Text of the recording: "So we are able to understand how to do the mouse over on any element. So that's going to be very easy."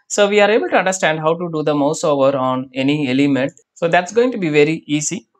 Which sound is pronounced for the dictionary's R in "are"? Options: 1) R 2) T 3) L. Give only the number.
1